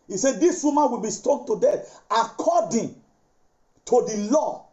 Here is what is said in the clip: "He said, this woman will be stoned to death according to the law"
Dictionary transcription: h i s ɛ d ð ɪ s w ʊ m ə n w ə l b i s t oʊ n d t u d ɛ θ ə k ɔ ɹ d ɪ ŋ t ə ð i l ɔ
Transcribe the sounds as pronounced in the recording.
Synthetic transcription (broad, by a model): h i s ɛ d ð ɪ s w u m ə n w ə l b i s t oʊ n t u d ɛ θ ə k ɔ d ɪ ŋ t ə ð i l ɔ